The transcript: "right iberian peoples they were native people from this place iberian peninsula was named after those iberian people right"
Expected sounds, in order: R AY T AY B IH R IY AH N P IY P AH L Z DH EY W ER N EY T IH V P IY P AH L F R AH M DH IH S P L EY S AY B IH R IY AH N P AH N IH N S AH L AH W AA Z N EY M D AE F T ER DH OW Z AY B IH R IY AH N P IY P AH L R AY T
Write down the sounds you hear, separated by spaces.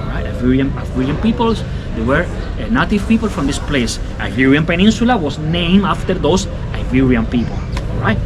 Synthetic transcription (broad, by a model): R AY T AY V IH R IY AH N P IY P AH L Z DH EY W ER N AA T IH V P IY P AH L F R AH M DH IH S P L EY S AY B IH R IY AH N P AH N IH N S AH L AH W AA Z N EY M AA F T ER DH OW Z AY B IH R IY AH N P IY P AH L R AY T